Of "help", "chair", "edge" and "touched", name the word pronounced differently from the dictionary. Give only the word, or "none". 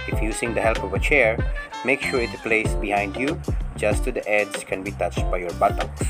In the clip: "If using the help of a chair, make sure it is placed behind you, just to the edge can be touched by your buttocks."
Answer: edge